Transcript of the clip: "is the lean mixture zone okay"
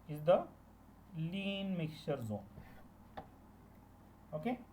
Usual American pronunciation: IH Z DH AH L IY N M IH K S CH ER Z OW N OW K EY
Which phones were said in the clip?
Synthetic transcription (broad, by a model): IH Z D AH L IY N M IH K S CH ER Z OW N OW K EY